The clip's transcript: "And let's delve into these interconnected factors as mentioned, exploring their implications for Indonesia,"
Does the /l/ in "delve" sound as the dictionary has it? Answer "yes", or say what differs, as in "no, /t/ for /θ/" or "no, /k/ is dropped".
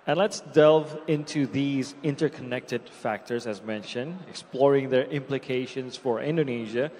yes